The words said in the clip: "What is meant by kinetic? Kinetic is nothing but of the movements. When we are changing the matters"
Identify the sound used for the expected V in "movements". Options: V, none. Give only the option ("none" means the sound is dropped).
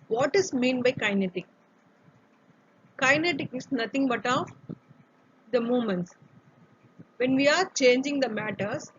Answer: none